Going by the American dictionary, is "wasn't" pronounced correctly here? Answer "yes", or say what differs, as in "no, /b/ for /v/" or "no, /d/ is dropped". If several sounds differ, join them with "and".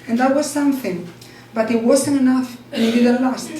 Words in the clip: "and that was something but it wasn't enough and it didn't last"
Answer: no, /s/ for /z/